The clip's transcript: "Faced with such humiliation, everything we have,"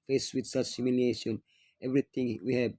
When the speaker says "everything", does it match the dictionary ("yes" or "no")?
no